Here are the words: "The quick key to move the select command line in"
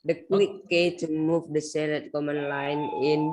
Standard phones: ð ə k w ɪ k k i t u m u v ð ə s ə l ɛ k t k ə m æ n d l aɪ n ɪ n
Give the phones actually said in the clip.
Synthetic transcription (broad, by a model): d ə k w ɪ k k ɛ t u m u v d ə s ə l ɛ t k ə m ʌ n l aɪ n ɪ n